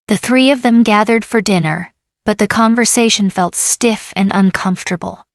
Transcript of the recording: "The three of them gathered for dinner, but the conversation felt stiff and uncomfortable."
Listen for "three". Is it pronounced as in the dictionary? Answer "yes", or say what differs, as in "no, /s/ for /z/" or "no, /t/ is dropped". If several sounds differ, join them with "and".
yes